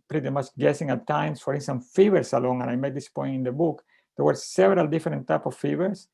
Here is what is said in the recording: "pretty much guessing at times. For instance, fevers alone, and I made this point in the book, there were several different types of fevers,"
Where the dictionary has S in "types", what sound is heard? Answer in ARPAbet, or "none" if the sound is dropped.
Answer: none